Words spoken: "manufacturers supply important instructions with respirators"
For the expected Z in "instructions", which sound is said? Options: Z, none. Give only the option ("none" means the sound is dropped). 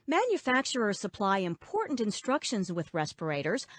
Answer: Z